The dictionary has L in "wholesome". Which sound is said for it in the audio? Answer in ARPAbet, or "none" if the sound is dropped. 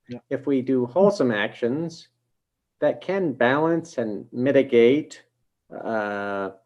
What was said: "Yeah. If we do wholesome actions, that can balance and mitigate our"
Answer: L